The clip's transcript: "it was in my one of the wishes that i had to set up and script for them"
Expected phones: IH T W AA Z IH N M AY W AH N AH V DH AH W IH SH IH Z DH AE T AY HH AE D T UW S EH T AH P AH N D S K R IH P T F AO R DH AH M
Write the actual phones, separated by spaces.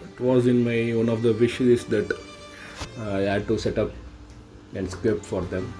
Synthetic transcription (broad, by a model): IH T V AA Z IH N M AY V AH N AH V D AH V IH SH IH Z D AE T AY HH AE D T UW S EH T AH P AH N D S K EH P F AO R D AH M